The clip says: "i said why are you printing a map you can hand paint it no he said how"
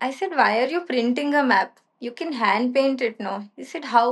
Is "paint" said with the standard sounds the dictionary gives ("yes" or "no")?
yes